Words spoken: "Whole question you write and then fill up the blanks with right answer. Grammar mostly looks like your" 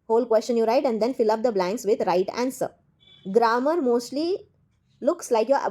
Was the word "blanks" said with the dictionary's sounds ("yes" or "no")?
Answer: yes